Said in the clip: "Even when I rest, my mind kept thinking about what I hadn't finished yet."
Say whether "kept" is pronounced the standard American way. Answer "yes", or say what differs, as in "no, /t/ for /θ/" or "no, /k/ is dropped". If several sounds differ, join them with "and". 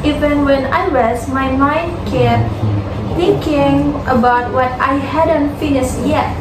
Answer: no, /p/ is dropped